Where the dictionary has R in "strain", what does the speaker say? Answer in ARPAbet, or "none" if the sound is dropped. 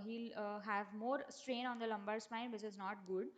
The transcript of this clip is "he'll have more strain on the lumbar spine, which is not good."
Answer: R